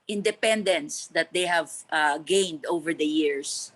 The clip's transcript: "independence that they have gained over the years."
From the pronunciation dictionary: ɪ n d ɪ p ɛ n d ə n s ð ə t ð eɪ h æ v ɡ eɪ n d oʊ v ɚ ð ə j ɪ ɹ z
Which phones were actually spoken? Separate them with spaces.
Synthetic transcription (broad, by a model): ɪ n d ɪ p ɛ n d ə n s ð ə t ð eɪ h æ v ɡ eɪ n d oʊ v ɚ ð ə j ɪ ɹ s